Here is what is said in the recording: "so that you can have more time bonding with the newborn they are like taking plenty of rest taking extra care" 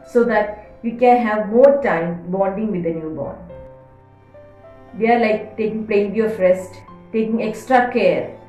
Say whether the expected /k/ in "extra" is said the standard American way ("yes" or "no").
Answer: yes